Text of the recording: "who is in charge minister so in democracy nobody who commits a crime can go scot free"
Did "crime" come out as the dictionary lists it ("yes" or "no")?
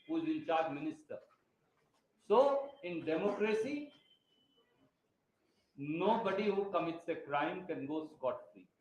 yes